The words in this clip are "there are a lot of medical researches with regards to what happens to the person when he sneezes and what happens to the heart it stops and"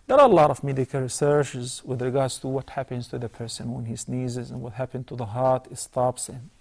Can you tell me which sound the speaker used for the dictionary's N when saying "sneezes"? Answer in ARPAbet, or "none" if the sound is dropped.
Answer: N